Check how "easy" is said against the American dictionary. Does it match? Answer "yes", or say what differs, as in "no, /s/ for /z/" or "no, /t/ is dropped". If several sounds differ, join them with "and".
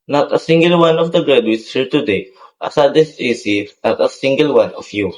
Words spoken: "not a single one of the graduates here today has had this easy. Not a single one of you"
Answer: no, /s/ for /z/